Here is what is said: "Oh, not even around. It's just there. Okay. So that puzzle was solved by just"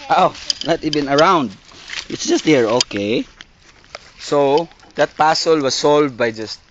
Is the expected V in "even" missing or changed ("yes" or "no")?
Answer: yes